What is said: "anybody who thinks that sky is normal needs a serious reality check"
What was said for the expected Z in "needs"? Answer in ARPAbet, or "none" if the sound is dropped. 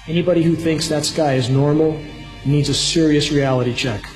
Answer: Z